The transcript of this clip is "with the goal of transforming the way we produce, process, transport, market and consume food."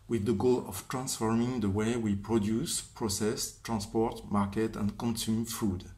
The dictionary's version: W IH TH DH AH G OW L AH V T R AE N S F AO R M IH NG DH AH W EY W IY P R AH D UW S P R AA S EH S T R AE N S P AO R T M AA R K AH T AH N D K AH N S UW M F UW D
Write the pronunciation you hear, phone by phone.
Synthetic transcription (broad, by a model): W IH DH AH G OW L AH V T R AE N S F AO R M IH NG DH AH W EY W IY P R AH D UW S P R AA S EH S T R AE N S P AO R T M AA R K AH T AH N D K AH N S UW M F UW D